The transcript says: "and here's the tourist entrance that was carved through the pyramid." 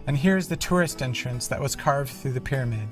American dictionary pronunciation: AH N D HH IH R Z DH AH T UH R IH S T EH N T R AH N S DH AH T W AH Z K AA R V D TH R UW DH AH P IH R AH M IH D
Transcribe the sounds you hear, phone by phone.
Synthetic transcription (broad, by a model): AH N HH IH R Z DH AH T UH R IH S T EH N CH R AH N S DH AH T W AH Z K AA R V D TH R UW DH AH P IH R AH M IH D